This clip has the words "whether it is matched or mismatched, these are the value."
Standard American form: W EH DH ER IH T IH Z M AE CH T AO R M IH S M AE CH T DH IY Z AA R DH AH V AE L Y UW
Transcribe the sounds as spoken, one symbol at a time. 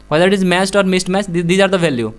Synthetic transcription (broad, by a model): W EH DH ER IH T IH Z M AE S T AO R M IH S M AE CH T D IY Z AA R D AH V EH L Y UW